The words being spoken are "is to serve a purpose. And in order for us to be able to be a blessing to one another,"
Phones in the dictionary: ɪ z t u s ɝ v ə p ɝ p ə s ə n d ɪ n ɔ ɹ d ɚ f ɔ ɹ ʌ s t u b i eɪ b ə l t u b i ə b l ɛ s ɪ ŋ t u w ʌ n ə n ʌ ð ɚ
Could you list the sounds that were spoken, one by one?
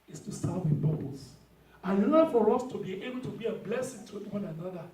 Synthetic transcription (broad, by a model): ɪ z t u s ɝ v ə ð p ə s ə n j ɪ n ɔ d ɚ f ɔ ɹ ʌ s t u b i eɪ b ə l t u b i ə b l ɛ s ɪ ŋ t u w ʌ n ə n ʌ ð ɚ